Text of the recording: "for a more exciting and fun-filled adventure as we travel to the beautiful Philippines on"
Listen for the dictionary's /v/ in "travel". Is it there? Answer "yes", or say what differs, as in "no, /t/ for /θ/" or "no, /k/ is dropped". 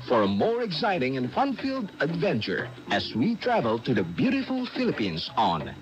yes